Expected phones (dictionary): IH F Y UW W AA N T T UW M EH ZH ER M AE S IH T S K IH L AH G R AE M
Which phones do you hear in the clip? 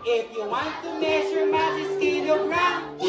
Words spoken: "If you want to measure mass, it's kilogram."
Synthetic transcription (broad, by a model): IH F Y UW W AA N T T UW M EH S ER M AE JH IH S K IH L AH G R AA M